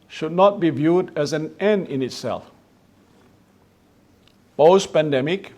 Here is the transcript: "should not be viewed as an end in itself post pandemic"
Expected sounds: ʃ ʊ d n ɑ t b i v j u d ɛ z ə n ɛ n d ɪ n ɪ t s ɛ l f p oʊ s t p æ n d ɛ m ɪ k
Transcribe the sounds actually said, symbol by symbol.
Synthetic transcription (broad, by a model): ʃ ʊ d n ɑ t b i v j u d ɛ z ə n ɛ n d ɪ n ɪ t s ɛ l f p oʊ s p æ n d ɛ m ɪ k